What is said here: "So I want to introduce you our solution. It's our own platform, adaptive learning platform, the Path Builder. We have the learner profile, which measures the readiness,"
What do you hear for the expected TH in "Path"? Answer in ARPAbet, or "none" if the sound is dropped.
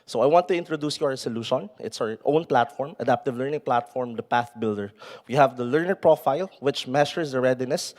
TH